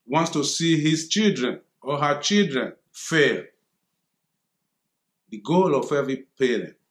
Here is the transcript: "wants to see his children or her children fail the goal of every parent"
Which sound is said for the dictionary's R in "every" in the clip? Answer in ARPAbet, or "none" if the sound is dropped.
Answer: none